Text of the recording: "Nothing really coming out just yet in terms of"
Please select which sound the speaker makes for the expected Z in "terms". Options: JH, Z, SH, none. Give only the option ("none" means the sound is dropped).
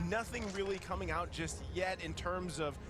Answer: Z